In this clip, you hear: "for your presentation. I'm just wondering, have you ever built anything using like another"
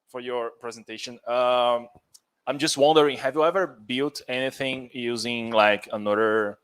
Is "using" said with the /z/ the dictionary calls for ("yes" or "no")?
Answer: yes